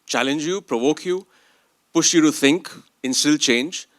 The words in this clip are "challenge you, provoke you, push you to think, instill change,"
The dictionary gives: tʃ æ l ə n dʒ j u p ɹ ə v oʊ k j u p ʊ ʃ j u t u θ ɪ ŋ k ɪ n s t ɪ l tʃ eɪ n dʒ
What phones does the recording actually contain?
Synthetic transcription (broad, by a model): tʃ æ l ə n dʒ j u p ɹ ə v oʊ k j u p ʊ ʃ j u t u θ ɪ ŋ k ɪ n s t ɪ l tʃ eɪ n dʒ